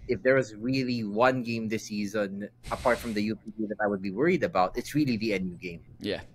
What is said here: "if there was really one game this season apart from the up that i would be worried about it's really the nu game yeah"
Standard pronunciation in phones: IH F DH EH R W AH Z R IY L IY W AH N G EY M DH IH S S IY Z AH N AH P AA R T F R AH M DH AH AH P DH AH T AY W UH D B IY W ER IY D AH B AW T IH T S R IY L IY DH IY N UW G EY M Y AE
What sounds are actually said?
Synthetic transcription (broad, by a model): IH F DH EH R W AH Z R IY L IY W AH N G EY M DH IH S S IY Z AH N AH P AA R T F R AH M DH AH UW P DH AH T AY W UH D B IY W ER IY D AH B AW T IH T S R IY L IY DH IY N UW G EY M Y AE